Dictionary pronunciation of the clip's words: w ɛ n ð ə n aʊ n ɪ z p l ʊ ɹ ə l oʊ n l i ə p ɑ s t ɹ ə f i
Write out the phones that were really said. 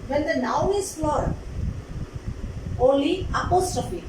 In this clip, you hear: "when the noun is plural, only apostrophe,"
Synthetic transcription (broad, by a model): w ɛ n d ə n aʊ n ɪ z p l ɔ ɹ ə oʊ l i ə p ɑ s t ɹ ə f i